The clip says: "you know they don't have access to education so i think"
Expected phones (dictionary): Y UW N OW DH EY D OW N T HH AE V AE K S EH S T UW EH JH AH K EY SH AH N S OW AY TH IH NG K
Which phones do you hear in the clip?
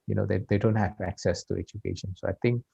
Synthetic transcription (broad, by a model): Y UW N OW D EY D OW N T HH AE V AE K S EH S T UW EH JH AH K EY SH AH N S OW AY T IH NG K